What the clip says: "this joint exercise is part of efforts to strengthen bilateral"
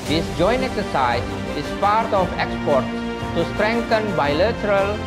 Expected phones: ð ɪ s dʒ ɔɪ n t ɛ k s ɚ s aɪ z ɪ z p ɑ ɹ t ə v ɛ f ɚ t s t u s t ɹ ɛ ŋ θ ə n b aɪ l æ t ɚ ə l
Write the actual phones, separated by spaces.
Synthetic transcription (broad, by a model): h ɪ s dʒ ɔɪ n t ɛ k s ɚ s aɪ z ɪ s p ɑ ɹ t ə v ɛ p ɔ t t t u s t ɹ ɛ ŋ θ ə n b aɪ l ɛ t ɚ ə l